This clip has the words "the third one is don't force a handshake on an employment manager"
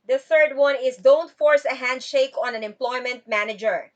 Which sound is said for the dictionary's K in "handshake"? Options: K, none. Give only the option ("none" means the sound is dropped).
K